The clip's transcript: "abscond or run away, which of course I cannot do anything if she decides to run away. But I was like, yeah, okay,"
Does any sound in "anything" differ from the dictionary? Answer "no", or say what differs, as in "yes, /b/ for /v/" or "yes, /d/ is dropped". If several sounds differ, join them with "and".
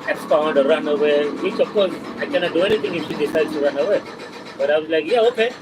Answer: yes, /t/ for /θ/